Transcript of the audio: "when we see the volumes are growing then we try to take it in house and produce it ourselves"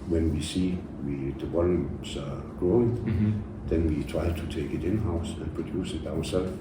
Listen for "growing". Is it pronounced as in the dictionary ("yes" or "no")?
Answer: yes